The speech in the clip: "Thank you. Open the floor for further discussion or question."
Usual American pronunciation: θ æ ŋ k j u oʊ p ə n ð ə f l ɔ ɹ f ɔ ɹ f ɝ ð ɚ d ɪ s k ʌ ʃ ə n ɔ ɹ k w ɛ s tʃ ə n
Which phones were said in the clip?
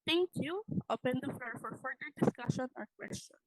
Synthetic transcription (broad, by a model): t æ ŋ k j u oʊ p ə n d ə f ɔ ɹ f ɔ ɹ f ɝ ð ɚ d ɪ s k ʌ ʃ ə n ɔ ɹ k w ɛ s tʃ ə n